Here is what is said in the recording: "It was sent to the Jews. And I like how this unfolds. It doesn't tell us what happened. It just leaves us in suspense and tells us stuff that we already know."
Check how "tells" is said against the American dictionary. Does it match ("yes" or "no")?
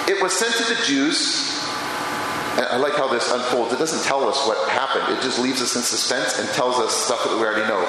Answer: yes